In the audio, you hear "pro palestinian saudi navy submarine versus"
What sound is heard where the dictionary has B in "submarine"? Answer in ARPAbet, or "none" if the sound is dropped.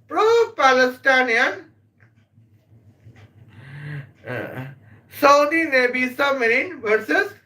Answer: none